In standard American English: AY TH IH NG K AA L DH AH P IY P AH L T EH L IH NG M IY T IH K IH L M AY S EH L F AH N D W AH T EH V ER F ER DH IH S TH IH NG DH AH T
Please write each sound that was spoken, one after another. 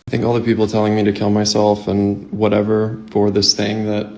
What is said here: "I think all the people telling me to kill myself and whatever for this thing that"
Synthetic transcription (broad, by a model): AY TH IH NG K AA L DH AH P IY P L T EH L IH NG M IY T IH K IH L M AY S EH L F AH N W AH T EH V ER F ER DH IH S TH IH NG DH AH T